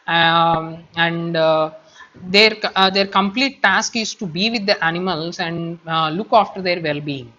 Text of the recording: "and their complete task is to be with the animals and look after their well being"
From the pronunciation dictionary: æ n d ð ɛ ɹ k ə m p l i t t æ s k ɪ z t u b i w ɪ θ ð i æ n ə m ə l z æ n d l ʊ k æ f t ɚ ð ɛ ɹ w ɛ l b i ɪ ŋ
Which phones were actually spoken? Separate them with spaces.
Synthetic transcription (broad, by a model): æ n d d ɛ ɹ k ə m p l i t t æ s k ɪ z t u b i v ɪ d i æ n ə m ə l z æ n d l ʊ k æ f t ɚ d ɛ ɹ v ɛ l b i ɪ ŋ